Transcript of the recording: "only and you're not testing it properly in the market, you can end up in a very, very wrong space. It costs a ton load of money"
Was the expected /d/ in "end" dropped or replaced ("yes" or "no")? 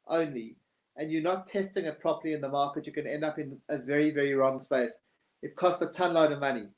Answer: no